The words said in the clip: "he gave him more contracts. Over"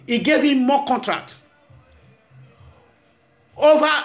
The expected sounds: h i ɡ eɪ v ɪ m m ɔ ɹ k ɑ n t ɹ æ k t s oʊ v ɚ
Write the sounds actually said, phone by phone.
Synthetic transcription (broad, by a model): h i ɡ eɪ v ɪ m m ɔ k ɑ n t ɹ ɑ k t oʊ v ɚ